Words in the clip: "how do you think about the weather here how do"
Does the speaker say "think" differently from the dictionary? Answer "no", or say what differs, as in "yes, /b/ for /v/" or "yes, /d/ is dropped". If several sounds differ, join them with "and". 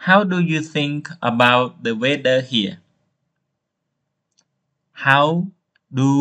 no